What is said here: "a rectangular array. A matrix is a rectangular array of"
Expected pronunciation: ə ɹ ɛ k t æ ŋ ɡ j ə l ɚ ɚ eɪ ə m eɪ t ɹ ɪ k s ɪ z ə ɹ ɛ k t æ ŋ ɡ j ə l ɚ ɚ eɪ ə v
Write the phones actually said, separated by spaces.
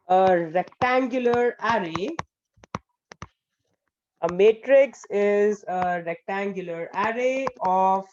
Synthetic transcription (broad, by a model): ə ɹ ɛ k t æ ŋ ɡ j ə l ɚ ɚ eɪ ə m eɪ t ɹ ɪ k s ɪ z ə ɹ ɛ k t æ ŋ ɡ j ə l ɚ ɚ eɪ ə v